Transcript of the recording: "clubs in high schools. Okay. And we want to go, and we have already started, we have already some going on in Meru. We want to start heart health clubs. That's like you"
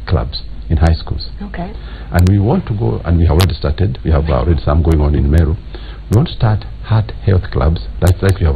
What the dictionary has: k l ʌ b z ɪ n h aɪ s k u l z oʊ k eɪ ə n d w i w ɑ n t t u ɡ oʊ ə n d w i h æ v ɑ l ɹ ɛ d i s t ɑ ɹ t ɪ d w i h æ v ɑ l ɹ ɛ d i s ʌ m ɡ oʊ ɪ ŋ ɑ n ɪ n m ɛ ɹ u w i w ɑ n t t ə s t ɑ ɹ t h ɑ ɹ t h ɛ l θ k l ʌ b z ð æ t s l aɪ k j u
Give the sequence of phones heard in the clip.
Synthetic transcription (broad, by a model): k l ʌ b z ɪ n h aɪ s k u l z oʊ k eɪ ə n d w i w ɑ n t t u ɡ oʊ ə n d w i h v ɑ l ɹ ɛ d i s t ɑ ɹ t ɪ d w i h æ v ɑ l ɹ ɛ d i s ʌ m ɡ oʊ ɪ ŋ ɑ n ɪ n m ɛ ɹ u w i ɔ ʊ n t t s t ɑ ɹ t h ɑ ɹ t h ɛ l θ k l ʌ b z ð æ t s l aɪ k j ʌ